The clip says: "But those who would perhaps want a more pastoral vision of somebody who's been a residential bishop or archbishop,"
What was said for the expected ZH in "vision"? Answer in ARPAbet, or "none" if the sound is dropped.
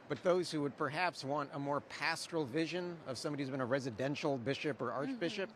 ZH